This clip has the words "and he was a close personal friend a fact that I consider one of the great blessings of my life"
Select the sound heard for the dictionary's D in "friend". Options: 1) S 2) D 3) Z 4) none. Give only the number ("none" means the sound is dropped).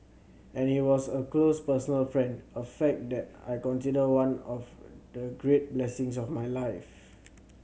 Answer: 2